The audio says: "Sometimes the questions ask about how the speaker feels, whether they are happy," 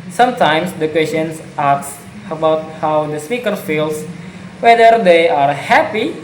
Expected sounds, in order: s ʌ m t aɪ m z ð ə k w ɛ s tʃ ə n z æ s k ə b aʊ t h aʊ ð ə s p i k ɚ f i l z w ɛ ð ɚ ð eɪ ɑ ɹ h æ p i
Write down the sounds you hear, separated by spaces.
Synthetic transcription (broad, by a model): s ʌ m t aɪ m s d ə k w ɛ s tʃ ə n s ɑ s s ə b aʊ t h aʊ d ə s p i k ɚ f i l s w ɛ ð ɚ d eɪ ɑ ɹ h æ p i